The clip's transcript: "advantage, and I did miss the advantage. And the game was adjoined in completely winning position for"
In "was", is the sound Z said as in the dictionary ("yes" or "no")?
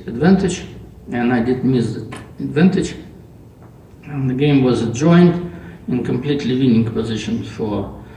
yes